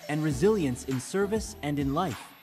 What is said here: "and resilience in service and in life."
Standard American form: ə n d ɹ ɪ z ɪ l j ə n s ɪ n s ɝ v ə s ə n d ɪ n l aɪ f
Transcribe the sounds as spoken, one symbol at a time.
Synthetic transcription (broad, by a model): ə n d ɹ ɪ z ɪ l j ə n s ɪ n s ɝ v ə s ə n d ɪ n l aɪ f